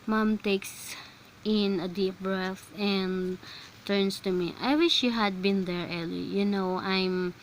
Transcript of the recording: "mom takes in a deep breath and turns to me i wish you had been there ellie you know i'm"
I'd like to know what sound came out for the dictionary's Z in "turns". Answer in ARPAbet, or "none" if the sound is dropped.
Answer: S